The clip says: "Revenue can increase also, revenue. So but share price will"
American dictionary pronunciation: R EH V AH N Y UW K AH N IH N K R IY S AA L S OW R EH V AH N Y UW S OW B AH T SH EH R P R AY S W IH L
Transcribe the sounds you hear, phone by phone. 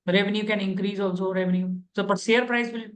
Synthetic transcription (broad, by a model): R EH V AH N Y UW K AH N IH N K R IY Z AA L S OW R EH V AH N Y UW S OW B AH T S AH R P R AY S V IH L